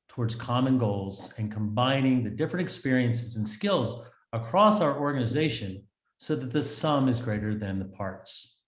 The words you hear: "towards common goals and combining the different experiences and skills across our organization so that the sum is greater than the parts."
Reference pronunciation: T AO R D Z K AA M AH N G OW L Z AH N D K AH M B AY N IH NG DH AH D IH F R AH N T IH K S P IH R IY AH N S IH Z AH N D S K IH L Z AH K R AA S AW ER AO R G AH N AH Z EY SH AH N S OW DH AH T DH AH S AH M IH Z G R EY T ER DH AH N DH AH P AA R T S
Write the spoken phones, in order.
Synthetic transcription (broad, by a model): T AO R D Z K AA M AH N G OW L Z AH N K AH M B AY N IH NG DH AH D IH F R AH N T IH K S P IH R IY AH N S IH Z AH N S K IH L Z AH K R AA S AW ER AO R G AH N AH Z EY SH AH N S OW DH AH T DH AH S AH M IH Z G R EY T ER DH AH N DH AH P AA R T S